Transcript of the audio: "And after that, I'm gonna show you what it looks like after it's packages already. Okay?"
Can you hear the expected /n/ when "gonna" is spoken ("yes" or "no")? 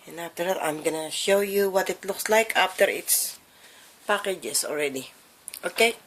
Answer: yes